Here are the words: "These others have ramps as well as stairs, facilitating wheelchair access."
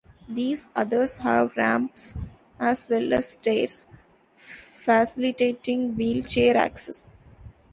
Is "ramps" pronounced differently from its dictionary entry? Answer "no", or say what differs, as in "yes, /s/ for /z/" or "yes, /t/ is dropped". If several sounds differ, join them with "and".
no